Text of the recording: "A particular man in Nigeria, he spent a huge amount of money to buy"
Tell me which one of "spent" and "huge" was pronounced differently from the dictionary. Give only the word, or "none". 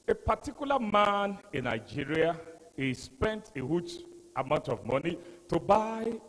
huge